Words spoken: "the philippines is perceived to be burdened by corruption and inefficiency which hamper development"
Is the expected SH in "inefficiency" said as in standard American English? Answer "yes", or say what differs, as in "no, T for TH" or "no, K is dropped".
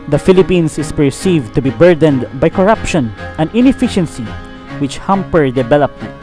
yes